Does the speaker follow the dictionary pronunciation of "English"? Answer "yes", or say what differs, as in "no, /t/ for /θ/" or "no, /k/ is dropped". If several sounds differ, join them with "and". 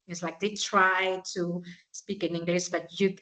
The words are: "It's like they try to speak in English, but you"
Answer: no, /s/ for /ʃ/